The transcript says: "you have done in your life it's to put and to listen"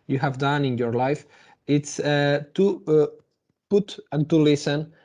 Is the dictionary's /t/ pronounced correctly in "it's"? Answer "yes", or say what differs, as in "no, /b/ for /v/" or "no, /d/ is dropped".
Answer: yes